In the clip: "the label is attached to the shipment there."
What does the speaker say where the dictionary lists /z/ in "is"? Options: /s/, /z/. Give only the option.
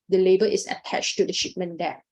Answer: /s/